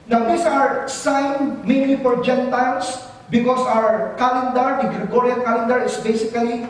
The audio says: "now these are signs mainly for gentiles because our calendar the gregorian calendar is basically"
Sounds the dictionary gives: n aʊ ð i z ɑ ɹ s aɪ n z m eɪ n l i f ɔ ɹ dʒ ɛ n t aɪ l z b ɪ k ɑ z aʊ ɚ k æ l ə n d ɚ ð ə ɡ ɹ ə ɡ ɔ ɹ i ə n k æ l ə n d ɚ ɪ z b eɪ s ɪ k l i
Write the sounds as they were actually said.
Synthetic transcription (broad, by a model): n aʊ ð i s ɑ ɹ s aɪ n m eɪ n l i f ɔ ɹ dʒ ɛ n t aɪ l s b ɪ k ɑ s aʊ ɚ k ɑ l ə n d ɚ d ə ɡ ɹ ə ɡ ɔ ɹ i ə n k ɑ l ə n d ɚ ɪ s b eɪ s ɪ k l i